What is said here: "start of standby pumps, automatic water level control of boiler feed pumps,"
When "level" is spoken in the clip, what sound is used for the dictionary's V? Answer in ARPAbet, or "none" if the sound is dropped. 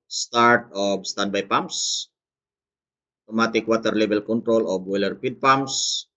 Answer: B